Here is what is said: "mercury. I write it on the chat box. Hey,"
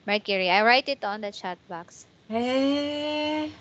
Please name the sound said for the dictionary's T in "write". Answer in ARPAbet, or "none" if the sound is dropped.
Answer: T